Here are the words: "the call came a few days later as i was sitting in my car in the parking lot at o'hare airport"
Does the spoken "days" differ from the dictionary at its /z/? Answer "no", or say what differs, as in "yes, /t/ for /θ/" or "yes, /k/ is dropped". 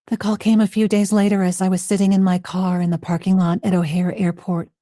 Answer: no